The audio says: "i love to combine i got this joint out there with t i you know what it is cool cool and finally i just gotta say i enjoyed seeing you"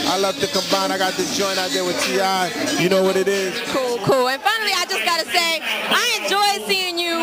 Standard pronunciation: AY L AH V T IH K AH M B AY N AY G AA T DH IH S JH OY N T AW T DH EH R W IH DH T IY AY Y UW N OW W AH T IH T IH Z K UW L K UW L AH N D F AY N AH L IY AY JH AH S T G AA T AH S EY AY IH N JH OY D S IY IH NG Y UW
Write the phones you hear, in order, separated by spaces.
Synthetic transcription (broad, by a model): AY L AH V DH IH K AH M B AY N AY G AA T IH JH OY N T AW T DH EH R W IH DH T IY AY Y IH N OW W AH T IH T IH Z K UW L K UW L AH N F AY N L IY AY JH AH S G AA T AH S EY AY IH N JH OY D S IY IH NG Y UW